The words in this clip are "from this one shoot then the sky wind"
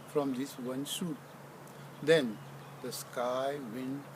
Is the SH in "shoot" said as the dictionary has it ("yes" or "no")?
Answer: no